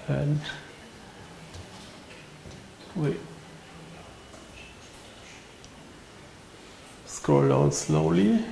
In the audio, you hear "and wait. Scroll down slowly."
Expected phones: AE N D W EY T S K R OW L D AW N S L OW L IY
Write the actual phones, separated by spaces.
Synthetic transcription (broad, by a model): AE N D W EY S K OW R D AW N S L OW L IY